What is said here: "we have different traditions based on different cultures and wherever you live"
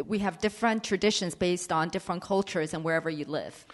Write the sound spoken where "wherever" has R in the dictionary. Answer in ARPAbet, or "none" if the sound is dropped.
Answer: R